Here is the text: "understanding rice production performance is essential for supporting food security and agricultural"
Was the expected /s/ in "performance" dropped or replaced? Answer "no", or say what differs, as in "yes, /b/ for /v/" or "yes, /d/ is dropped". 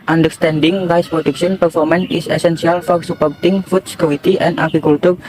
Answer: yes, /s/ is dropped